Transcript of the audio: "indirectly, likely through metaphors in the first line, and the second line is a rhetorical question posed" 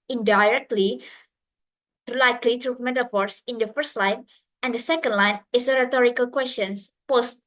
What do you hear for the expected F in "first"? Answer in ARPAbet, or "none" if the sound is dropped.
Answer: F